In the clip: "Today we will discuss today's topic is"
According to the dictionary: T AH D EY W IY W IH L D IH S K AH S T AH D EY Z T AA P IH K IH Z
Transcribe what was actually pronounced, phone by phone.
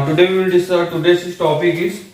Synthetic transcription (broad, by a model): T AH D EY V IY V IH L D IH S AH T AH D EY S T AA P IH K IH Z